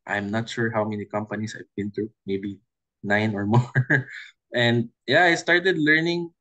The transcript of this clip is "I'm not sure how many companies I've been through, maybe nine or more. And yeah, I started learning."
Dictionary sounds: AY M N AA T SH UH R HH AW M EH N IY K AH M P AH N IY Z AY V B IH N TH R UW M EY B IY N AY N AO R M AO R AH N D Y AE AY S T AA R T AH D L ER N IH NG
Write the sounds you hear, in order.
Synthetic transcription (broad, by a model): AY M N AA T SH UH R HH AW M EH N IY K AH M P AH N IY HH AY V B IH N T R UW M EY B IY N AY N AO R M AO R AH N D Y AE AY S T AA R T AH D L ER N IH NG